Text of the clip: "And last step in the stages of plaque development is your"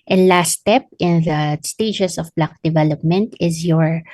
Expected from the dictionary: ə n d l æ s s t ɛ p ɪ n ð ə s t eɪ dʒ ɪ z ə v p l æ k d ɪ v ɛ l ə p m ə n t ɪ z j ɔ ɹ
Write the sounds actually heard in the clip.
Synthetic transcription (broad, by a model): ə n l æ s s t ɛ p ɪ n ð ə s t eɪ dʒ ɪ s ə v b l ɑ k d ɪ v ɛ l ə p m ə n t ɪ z j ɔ ɹ